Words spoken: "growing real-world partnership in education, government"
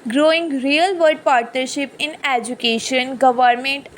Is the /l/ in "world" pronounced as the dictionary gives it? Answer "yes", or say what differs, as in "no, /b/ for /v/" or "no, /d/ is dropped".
no, /l/ is dropped